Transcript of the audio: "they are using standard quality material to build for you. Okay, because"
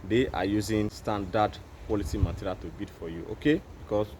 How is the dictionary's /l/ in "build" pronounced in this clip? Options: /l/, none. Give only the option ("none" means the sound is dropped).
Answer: none